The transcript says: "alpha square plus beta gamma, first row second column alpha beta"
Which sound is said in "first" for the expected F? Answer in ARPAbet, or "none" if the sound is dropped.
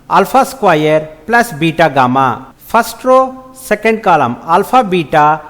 P